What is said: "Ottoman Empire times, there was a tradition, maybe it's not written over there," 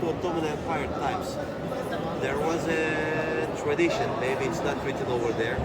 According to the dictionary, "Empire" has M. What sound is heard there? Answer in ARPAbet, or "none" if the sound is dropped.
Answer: none